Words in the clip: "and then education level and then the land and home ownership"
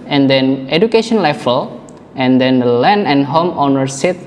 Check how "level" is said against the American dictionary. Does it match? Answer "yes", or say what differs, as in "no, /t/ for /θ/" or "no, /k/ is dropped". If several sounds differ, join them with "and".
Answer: no, /f/ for /v/